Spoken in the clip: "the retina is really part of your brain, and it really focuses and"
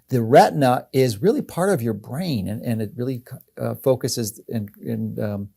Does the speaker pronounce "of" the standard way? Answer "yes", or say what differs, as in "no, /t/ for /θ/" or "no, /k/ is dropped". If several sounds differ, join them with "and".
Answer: yes